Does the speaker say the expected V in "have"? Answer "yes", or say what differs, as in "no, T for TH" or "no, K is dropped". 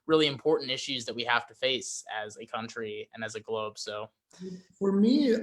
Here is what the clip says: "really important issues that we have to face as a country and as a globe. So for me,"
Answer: no, F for V